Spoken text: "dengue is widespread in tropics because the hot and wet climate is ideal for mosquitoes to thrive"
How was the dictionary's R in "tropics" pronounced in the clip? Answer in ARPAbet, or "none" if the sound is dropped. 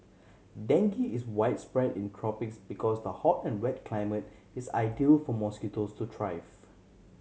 R